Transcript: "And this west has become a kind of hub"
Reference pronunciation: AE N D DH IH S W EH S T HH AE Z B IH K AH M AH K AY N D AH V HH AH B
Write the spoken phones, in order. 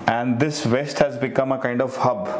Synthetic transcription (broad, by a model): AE N D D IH S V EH S T HH AE Z B IH K AH M AH K AY N D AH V HH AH B